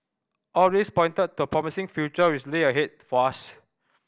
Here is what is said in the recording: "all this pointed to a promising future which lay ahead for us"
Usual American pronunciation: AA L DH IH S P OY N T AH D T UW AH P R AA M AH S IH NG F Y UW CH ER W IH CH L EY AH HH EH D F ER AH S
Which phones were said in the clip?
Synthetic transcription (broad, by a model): AA L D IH S P OY N T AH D T UW AH P R AA M AH S IH NG F Y UW CH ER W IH S L EY AH HH EH D F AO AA S